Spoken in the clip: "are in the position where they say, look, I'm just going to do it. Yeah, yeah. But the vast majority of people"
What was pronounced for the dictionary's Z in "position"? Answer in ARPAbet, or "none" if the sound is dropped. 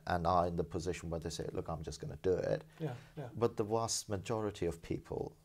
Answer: Z